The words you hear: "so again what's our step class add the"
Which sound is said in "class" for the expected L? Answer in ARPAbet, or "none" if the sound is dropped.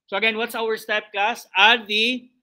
none